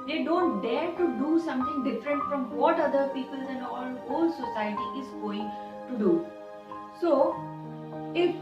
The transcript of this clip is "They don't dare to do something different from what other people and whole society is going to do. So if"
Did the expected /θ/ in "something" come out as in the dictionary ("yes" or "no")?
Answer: no